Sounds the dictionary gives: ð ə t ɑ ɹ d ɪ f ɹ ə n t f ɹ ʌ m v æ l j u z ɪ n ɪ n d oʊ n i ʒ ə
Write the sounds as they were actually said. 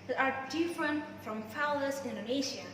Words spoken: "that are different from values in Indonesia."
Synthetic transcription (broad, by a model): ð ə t ɑ ɹ d ɪ f ɹ ə n t f ɹ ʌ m f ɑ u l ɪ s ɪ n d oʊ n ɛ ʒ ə